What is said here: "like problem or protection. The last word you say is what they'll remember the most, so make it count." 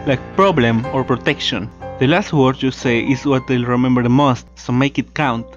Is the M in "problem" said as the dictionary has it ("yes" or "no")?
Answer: yes